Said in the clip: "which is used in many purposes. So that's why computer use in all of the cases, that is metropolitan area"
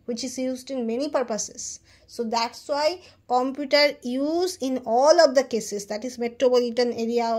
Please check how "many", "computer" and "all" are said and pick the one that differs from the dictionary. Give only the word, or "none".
none